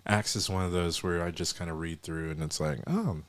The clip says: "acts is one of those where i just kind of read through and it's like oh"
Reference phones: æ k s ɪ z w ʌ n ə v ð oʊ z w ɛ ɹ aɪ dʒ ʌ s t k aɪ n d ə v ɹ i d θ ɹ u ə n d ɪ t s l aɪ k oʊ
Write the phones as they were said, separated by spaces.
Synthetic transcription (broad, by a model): æ k s ɪ z w ʌ n ə v ð oʊ z w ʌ ɹ aɪ dʒ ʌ s k aɪ n d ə ɹ i d θ ɹ u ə n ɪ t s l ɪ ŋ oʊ